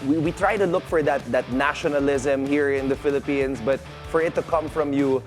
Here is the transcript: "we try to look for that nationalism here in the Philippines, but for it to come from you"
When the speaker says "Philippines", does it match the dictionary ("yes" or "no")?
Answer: no